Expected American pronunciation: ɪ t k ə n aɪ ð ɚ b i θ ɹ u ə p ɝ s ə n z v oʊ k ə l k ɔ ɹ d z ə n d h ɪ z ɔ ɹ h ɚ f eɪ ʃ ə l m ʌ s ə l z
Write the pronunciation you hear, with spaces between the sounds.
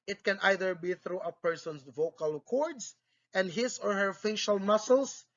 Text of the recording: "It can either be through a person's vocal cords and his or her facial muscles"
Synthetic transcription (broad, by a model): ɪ t k ə n aɪ ð ɚ b i θ ɹ u ə p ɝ s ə n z v oʊ k ə l k ɔ ɹ d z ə n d h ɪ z ɔ ɹ h ɚ f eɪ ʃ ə l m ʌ s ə l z